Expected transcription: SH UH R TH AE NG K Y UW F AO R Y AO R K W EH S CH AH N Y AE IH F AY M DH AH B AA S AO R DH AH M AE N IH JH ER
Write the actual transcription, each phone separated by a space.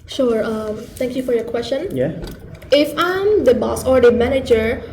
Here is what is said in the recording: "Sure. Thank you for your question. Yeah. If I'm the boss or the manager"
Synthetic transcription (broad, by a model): SH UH R T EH NG K Y UW F AO R Y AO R K W EH S CH AH N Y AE IH F AY M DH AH B AA S AO R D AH M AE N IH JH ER